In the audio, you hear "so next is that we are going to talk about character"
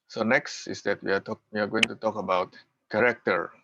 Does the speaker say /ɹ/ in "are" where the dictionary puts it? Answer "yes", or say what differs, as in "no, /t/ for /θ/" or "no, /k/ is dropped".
no, /w/ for /ɹ/